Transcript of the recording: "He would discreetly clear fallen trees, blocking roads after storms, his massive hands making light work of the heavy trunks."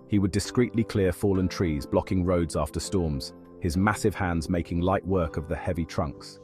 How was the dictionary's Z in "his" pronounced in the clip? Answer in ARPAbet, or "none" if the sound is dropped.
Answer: Z